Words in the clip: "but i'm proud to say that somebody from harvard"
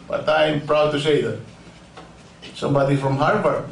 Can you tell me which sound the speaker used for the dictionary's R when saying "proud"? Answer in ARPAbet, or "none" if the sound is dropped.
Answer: R